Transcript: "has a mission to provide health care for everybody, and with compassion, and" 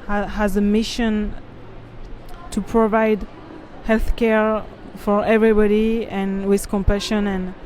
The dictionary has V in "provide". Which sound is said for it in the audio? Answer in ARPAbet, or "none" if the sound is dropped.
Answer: V